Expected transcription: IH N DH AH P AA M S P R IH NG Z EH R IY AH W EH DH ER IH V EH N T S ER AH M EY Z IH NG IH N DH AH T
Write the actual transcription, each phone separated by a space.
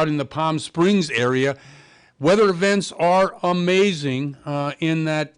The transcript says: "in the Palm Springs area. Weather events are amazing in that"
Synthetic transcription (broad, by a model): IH N DH AH P AA M S P R IH NG Z EH R IY AH W EH DH ER IH V EH N T S ER AH M EY Z IH NG IH N DH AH T